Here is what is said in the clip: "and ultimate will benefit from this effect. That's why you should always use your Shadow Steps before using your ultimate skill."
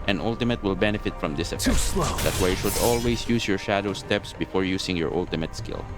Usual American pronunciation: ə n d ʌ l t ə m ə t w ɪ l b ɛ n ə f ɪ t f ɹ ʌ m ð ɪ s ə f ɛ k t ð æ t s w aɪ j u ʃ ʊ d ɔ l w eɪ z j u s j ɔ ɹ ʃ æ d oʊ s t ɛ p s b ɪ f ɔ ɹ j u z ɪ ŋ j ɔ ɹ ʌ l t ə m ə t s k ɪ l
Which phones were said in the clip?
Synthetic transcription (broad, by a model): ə n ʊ l t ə m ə t w ɪ l b ɛ n ə f ɪ t f ɹ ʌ m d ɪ s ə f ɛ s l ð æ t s w aɪ j u ʃ ʊ d ɔ l w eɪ s j u s j ɔ ɹ ʃ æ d oʊ s t ɛ p s b ɪ f ɔ ɹ j u s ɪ ŋ j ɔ ɹ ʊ l t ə m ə t s k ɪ l